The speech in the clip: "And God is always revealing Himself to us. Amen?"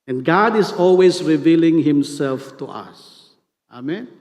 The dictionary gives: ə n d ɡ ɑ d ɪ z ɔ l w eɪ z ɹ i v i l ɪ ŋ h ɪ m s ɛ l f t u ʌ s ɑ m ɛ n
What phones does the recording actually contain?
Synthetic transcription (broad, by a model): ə n ɡ ɑ d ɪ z ɔ l w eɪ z ɹ i v i l ɪ ŋ h ɪ m s ɛ l f t u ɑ s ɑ m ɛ n